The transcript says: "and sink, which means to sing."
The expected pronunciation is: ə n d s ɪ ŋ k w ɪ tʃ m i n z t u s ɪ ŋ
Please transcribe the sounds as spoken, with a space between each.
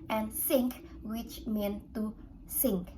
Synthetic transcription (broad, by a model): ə n s ɪ ŋ k w ɪ tʃ m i n t u s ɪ ŋ